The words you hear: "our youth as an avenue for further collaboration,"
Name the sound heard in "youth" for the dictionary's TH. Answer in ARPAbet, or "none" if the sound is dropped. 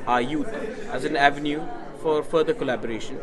T